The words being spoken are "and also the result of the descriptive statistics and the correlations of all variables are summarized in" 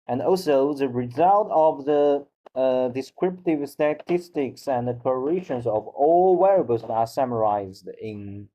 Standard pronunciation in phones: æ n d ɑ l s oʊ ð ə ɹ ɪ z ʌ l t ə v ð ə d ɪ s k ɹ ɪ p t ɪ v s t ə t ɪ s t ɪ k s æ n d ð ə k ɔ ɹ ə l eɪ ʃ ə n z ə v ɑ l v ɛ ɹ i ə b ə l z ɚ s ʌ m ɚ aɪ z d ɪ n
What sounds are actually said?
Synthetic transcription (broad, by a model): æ n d ɑ l s oʊ ð ə ɹ ɪ z ʌ l t ə v ð ə d ɪ s k ɹ ɪ p t ɪ v s t ə t ɪ s t ɪ k s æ n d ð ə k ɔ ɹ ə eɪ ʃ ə n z ə v ɑ l w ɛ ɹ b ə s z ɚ s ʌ m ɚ aɪ z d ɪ n